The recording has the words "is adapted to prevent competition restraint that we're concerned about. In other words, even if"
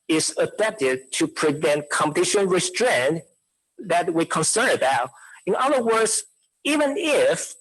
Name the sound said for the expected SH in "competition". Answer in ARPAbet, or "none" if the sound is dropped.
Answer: SH